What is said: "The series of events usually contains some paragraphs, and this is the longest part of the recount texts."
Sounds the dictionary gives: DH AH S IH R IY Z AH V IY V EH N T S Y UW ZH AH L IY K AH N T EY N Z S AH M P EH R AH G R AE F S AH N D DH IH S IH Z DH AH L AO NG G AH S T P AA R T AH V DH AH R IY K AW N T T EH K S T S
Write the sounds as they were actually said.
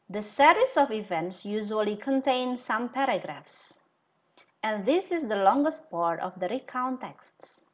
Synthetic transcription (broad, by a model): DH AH S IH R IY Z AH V IY V EH N T S Y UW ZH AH L IY K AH N T EY N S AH M P EH R AH G R AE F S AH N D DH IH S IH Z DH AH L AO NG G AH S T P AA R T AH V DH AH R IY K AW N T T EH K S T S